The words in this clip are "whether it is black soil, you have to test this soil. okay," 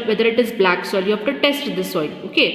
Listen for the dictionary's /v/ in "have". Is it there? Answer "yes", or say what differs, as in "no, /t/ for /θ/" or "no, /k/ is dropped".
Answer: no, /f/ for /v/